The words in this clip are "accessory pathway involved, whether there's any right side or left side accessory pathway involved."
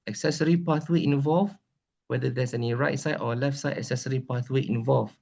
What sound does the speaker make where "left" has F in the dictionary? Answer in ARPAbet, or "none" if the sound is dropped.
F